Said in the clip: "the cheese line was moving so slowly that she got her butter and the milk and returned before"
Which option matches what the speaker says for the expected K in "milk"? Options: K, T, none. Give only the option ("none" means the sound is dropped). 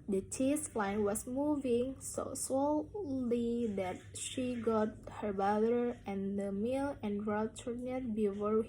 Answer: none